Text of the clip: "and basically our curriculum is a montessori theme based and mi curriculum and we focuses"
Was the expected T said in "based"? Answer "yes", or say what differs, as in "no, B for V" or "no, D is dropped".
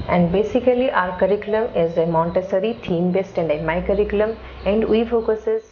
yes